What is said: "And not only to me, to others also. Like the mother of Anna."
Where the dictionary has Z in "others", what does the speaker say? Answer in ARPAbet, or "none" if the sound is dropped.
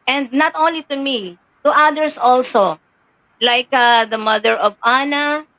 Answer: S